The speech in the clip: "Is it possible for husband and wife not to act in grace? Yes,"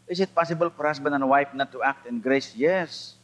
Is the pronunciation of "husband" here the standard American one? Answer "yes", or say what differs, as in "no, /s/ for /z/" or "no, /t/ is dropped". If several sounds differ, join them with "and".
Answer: no, /s/ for /z/ and /d/ is dropped